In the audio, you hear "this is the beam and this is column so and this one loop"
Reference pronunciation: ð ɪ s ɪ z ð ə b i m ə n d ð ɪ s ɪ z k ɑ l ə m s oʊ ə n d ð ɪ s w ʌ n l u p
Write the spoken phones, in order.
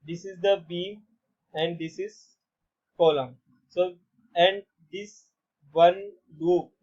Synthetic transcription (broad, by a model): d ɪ s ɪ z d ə b i ə n d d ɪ s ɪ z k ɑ l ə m s oʊ ə n d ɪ s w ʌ n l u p